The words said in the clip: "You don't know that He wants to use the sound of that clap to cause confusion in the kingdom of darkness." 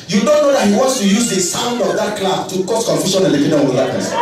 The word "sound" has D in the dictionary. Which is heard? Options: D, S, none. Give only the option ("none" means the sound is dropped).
D